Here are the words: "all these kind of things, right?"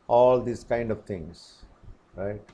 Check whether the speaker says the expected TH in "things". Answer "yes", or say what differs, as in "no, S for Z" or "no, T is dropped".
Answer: no, T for TH